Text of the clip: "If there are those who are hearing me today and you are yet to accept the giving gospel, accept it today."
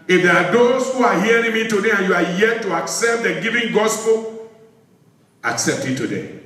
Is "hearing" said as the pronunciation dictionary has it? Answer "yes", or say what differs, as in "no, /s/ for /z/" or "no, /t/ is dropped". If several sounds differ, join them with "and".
yes